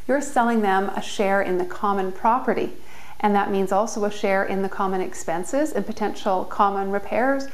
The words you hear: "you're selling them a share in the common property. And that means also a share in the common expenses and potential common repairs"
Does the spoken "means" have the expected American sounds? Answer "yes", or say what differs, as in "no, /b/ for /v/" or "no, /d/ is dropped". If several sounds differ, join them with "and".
yes